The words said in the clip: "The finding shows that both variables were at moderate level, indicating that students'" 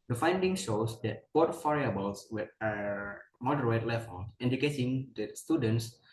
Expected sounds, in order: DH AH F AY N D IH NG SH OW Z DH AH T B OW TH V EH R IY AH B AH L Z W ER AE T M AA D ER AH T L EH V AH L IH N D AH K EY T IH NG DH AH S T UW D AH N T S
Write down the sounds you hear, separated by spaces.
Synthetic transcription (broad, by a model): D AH F AY N D IH NG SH OW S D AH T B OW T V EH R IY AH B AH L S W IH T M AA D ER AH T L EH F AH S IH N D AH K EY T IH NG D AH S T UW D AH N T S